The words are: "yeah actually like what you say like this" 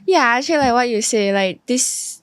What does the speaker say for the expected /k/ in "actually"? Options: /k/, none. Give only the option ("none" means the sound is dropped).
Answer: none